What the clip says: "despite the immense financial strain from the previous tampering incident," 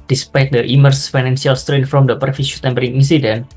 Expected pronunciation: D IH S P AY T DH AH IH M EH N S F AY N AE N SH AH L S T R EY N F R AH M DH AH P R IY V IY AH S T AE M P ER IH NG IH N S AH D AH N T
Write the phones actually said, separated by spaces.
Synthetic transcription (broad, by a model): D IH S P AY T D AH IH M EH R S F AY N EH N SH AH L S T R EY N F R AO M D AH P R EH F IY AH T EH M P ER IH NG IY N S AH D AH N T